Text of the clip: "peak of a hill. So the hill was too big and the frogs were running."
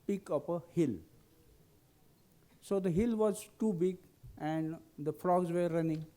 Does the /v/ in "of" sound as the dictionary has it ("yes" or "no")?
no